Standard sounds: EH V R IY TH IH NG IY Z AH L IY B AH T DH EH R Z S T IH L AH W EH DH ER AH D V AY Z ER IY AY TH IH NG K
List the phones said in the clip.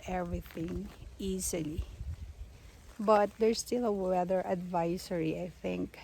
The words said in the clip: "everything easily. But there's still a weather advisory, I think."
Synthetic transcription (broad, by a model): EH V R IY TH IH NG IY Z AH L IY B AH T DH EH R S T IH L AH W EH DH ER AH D V AY S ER IY AY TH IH NG K